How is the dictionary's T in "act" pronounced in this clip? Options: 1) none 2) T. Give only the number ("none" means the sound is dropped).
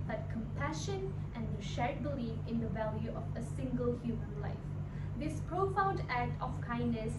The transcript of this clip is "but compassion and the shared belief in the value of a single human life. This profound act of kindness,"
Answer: 2